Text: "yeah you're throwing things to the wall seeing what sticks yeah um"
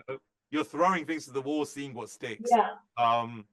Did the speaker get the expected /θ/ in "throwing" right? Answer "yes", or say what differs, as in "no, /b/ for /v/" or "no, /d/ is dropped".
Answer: yes